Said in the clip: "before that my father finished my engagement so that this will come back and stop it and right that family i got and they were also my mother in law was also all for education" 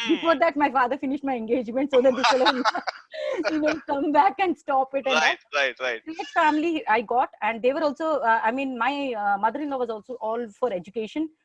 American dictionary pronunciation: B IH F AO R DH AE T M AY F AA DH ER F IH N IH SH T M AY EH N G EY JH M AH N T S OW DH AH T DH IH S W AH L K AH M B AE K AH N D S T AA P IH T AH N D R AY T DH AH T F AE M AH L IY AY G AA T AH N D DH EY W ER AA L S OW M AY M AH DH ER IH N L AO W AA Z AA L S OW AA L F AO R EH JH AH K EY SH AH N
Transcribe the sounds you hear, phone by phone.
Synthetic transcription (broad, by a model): B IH F AO R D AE T M AY F AA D ER F IH N IH SH T M AY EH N G EY JH M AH N T S OW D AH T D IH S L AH N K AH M B AE K AH N D S T AA P IH T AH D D R AY T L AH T F AE M AH L IY AY G AA T AH N D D EY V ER AA L S OW M AY M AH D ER IH N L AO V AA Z AA L S OW AA L F AO R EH JH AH K EY SH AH N